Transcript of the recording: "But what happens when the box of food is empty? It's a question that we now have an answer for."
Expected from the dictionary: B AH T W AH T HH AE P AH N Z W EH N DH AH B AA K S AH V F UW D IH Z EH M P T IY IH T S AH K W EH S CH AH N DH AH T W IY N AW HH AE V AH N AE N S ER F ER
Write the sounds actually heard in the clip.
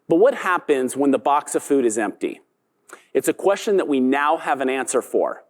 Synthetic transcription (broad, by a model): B AH T W AH T HH AE P AH N Z W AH N DH AH B AA K S AH V F UW D IH Z EH M P T IY IH T S AH K W EH S CH AH N DH AH T W IY N AW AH V AH N AE N S ER F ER